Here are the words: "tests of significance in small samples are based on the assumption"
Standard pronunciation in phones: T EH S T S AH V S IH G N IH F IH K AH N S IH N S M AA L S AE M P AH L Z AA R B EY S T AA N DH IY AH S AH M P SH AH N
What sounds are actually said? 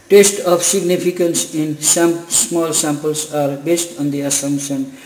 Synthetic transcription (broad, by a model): T EH S T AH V S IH G N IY P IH K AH N S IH N S M AA L S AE M P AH L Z AA R B EY S T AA N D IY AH S AH M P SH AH N